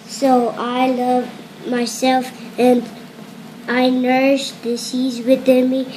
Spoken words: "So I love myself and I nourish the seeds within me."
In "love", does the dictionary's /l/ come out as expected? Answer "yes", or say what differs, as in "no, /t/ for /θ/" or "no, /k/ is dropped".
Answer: yes